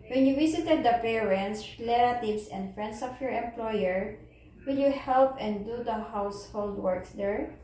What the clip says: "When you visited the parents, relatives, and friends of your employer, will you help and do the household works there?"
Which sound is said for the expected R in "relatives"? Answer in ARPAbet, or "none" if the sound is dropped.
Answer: L